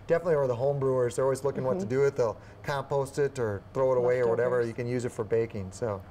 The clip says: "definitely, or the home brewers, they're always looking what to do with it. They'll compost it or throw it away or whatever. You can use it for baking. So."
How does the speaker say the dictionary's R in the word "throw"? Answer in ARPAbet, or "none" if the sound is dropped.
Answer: R